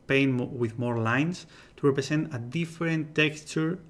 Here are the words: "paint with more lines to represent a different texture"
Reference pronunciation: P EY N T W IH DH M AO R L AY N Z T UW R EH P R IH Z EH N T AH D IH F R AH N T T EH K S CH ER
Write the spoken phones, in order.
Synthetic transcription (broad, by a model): P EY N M W IH DH M AO R L AY N S T UW R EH P R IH S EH N T AH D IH F R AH N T T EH K S CH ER